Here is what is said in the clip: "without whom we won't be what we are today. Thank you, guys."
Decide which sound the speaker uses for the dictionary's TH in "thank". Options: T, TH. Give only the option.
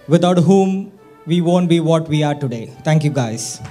T